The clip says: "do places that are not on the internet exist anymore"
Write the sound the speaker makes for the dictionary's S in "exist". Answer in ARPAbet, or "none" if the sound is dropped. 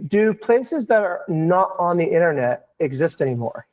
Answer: S